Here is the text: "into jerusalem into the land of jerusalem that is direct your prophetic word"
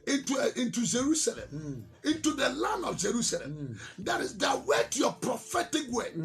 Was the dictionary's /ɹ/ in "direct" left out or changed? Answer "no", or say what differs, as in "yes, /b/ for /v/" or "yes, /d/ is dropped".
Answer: yes, /w/ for /ɹ/